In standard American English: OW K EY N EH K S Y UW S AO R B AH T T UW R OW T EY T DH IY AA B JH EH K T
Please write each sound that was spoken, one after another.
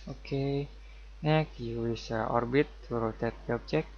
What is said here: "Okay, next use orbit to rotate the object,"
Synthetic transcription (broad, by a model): OW K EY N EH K Y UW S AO R B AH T T UW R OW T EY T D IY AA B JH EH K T